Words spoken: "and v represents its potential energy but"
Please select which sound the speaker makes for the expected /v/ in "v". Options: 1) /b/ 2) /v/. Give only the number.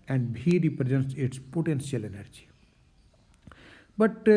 1